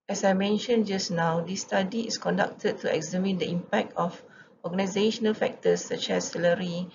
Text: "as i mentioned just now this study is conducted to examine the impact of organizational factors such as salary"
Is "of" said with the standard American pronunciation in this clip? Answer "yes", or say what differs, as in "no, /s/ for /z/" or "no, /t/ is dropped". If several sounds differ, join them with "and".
no, /f/ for /v/